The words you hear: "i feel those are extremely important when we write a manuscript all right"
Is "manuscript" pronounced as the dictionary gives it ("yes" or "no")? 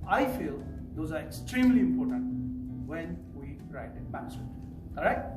no